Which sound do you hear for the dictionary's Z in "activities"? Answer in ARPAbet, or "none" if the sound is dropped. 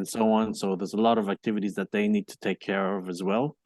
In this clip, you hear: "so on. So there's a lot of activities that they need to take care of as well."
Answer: Z